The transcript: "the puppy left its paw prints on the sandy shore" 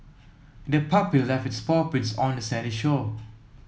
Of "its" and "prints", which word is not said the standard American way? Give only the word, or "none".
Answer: prints